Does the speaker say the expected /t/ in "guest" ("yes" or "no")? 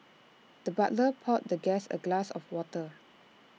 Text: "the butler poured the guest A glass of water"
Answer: no